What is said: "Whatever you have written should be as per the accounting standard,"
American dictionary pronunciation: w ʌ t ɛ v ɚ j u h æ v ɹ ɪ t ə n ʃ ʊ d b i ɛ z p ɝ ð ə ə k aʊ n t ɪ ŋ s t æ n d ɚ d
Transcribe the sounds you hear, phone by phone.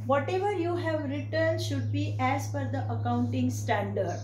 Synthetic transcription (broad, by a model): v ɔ t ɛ v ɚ j u h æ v ɹ ɪ t ə n ʃ ʊ d b i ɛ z f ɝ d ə ə k aʊ n t ɪ ŋ s t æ n d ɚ d